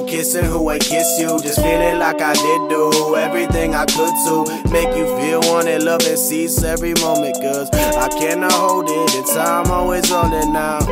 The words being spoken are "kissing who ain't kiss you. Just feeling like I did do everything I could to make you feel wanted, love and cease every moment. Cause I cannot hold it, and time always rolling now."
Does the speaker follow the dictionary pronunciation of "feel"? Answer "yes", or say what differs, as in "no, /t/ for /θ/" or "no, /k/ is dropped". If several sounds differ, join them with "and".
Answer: yes